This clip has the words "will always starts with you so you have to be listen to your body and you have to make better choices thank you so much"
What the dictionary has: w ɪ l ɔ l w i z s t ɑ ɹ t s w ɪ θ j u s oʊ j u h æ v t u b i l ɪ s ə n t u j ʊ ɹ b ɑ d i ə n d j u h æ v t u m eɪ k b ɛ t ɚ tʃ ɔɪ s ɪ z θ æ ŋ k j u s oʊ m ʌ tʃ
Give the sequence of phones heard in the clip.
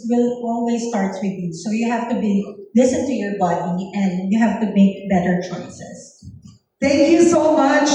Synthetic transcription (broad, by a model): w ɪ l ɔ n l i s t ɑ ɹ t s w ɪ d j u s oʊ j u h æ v t u b i l ɪ s ə n t u j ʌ ɹ b ɑ d i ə n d j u h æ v t u m eɪ k b ɛ t ɚ tʃ ɔɪ s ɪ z t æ ŋ k j u s oʊ m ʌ tʃ